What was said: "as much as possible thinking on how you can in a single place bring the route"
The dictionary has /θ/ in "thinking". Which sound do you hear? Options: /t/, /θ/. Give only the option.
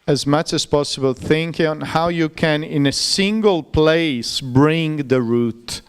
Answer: /θ/